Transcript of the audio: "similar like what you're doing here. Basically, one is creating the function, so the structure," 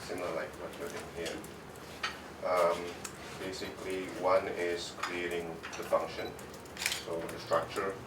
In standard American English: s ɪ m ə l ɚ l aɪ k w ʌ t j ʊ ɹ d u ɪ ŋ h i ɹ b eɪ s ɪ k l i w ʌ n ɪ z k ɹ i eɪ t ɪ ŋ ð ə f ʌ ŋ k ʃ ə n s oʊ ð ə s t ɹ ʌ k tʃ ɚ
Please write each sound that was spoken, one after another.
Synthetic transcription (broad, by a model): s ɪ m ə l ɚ l aɪ k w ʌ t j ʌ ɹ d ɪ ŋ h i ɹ b eɪ s ɪ k l i w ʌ n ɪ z k ɹ i eɪ t ɪ ŋ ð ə f ʌ ŋ k ʃ ə n s oʊ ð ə s t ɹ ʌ k tʃ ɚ